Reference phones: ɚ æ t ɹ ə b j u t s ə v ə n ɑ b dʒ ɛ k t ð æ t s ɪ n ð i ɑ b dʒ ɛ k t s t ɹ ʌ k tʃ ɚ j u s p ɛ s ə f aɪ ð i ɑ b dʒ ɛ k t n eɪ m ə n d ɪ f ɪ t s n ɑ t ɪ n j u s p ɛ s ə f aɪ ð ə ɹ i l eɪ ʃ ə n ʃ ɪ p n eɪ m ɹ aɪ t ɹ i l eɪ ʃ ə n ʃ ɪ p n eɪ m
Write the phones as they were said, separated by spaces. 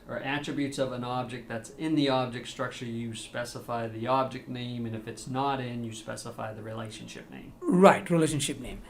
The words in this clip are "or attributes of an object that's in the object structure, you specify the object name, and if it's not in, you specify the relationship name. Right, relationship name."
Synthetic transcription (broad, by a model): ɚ æ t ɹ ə b j u t s ə v ə n ɑ b dʒ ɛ k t ð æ t s ɪ n ð i ɑ b dʒ ɛ k t s t ɹ ʌ k tʃ ɚ j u s p ɛ s ə f aɪ ð i ɑ b dʒ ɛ k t n eɪ m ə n ɪ f ɪ t s n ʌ t ɪ n j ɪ s p ɛ s ə f aɪ ð ə ɹ i l eɪ ʃ ə n ʃ ɪ p n eɪ m ɹ aɪ t ɹ i l eɪ ʃ ə n ʃ ɪ p n eɪ m